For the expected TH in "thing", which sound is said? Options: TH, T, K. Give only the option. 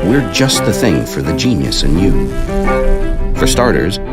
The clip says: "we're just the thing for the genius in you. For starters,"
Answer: TH